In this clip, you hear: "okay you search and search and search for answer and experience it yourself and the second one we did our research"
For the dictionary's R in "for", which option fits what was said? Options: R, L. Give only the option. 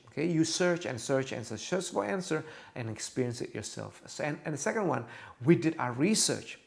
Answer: L